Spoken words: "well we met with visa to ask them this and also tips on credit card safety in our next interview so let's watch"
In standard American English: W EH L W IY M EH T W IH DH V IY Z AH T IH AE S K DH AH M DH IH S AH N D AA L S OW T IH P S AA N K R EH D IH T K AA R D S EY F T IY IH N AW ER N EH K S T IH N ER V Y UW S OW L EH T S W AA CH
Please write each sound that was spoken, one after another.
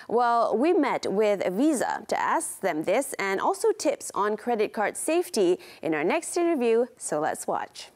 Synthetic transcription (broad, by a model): W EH L W IY M EH T W IH DH V IY Z AH T IH AE S K DH AH M DH IH S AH N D AA L S OW T IH P S N K R EH D IH T K AA R D S EY F T IY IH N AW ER N EH K S T IH N ER V Y UW S OW L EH T S W AA CH